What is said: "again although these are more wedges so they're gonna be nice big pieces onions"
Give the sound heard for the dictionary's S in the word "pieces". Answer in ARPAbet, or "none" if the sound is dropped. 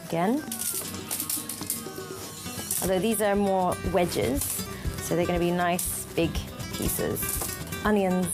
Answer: S